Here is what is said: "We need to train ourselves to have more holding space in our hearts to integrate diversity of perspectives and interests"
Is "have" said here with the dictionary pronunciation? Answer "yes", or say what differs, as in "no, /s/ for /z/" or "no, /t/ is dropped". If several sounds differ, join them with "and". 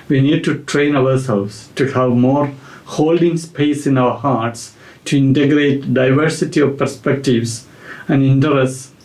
yes